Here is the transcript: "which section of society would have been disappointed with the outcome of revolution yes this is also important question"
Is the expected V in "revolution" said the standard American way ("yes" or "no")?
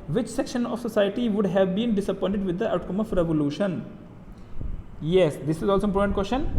yes